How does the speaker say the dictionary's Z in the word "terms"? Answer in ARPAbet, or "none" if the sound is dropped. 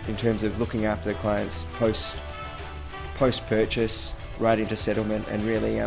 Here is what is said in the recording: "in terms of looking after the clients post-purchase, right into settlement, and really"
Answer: Z